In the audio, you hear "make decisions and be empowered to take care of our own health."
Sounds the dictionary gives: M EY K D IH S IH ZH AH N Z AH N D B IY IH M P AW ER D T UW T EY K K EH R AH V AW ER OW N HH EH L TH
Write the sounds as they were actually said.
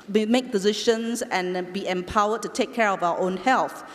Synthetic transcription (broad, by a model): M EY K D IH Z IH SH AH N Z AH N B IY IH M P AW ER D T UW T EY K K EH R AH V AW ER OW N HH EH L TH